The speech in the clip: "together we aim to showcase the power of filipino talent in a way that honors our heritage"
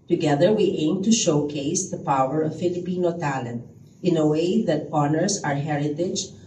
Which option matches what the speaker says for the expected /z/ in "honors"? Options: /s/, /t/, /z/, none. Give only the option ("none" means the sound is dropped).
/s/